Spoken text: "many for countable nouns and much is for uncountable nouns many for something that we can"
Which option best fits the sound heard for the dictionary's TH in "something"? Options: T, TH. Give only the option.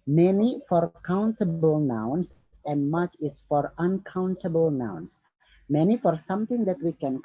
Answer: T